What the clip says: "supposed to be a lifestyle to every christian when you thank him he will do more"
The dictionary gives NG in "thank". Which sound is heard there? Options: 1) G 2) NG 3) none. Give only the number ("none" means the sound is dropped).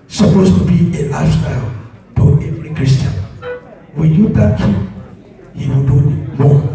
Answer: 3